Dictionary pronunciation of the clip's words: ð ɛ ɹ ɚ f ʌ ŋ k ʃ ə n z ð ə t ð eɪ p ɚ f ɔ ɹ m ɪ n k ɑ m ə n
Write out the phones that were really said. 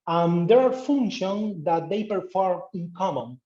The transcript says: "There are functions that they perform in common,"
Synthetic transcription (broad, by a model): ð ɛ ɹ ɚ f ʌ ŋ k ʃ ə n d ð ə t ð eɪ p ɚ f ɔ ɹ ɪ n k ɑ m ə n